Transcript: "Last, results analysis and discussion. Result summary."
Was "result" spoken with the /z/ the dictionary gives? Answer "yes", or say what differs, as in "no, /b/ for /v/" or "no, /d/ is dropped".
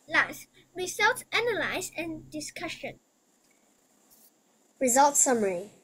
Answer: yes